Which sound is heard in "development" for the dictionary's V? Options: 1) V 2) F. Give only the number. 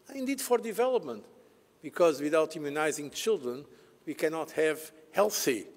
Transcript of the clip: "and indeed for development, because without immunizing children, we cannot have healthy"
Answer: 1